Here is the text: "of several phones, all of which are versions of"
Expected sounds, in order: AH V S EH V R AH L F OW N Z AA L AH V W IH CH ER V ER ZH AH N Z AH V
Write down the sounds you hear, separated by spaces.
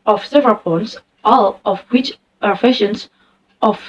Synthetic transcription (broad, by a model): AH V S EH V R AH L P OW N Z AA L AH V W IH CH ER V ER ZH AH N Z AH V